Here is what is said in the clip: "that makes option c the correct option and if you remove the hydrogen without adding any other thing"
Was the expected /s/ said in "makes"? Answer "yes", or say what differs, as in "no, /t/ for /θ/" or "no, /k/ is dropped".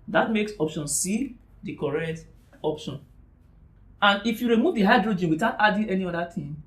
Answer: yes